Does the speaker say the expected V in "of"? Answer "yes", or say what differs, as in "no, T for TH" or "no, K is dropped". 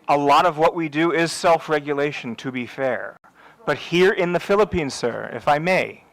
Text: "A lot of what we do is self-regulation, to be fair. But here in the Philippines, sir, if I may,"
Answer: yes